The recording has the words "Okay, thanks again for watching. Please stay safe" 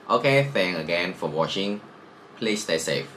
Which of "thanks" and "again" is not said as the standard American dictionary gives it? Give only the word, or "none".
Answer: thanks